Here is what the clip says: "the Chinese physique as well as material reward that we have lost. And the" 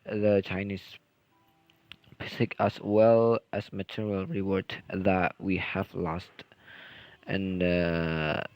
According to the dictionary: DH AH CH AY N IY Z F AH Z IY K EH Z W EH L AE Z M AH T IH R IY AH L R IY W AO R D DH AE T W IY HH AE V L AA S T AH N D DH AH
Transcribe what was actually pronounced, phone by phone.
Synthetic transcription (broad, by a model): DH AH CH AY N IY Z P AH S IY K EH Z W EH L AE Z M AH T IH R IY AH L R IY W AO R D DH AE T W IY HH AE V L AA S T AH N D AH